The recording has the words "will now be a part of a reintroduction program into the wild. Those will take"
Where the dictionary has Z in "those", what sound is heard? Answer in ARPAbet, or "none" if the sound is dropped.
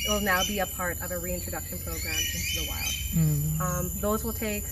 Z